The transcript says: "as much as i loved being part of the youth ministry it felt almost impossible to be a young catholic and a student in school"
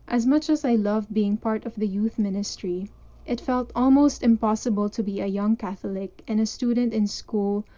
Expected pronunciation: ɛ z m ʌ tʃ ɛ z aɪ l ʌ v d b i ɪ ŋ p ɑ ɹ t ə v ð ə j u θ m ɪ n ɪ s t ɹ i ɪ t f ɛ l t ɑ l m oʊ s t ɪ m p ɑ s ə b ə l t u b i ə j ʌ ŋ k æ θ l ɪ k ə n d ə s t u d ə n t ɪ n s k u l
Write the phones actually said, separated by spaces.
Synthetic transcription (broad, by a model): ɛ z m ʌ tʃ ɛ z aɪ l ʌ v b i ɪ ŋ p ɑ ɹ t ə v ð ə j u θ m ɪ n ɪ s t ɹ i ɪ t f ɛ l t ɑ l m oʊ s t ɪ m p ɑ s ə b ə l t u b i ə j ʌ ŋ k æ θ l ɪ k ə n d ə s t u d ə n t ɪ n s k u l